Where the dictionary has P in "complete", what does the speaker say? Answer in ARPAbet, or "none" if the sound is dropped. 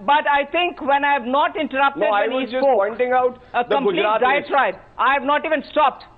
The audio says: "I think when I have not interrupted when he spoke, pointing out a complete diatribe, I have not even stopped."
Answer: none